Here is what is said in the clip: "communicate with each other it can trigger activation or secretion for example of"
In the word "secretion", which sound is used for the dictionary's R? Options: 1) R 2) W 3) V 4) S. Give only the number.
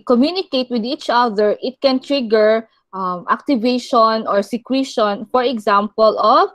2